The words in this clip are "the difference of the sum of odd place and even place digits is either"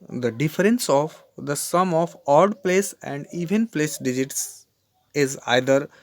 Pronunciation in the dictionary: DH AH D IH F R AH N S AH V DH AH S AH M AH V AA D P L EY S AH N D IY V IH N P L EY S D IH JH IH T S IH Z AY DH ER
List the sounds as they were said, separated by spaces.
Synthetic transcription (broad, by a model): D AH D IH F R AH N S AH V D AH S AH M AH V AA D P L EY S AH N D IY V IH N P L EY S D IH JH IH T S IH Z AY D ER